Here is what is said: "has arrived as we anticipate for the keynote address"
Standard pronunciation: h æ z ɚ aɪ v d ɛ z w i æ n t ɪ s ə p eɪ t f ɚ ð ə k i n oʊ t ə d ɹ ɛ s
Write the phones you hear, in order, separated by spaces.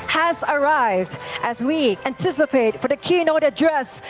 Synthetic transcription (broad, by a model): h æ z ɚ aɪ v d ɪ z w i æ n t ɪ s ə p eɪ t f ɚ ð ə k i n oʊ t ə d ɹ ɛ s